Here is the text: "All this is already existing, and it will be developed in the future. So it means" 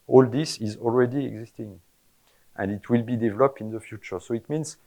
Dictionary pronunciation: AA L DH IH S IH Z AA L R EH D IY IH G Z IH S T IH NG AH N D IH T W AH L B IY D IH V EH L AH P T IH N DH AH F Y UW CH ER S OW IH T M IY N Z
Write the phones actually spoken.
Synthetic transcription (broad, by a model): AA L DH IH S IH Z AA L R EH D IY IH G Z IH S T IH NG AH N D IH T W AH L B IY D IH V EH L AH P T IH N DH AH F Y UW CH ER S OW IH T M IY N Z